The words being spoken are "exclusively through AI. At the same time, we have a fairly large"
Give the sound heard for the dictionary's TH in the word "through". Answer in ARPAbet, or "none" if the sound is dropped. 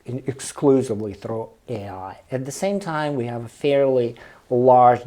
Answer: TH